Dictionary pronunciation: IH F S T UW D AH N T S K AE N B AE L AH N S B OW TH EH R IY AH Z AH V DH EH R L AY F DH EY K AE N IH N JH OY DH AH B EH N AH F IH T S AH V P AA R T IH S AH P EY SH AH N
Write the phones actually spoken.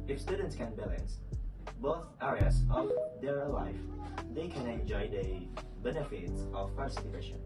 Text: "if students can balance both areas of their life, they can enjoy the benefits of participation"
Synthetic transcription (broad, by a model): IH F S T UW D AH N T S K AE N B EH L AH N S B OW TH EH R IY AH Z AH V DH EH R L AY F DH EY K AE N IH N JH OY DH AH B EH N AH F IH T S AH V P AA R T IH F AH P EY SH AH N